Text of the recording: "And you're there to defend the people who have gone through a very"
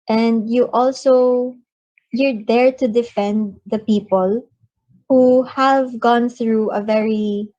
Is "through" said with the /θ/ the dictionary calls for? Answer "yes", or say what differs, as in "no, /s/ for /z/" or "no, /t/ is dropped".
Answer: yes